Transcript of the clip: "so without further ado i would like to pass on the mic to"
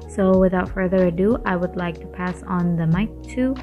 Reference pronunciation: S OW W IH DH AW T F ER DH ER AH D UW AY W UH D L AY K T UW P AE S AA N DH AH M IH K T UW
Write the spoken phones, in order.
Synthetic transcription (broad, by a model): S OW W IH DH AW T F ER DH ER AH D UW AY W UH D L AY K T UW P AE S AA N DH AH M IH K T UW